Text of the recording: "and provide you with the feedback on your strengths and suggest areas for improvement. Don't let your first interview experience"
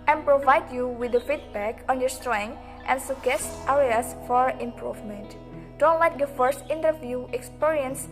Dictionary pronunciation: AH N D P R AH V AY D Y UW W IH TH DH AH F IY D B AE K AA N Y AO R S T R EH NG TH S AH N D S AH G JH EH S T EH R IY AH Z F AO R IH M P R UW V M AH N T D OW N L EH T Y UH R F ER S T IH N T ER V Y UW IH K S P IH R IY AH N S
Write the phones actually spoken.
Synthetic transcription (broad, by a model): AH N P R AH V AY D Y UW W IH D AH F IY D B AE K AA N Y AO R S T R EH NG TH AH N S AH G EH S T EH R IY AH S F AO R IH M P R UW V M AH N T D OW N L EH T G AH F ER S T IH N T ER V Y UW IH K S P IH R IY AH N S